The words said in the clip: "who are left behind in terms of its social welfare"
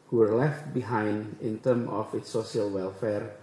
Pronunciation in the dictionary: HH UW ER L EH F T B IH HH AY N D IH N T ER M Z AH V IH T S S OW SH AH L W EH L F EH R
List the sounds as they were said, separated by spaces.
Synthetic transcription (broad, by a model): HH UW ER L EH F T B IH HH AY N D IH N T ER M AH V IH T S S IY AH L W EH L F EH R